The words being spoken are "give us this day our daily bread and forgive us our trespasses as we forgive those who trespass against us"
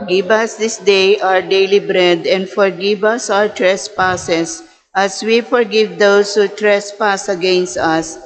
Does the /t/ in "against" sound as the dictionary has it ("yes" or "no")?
yes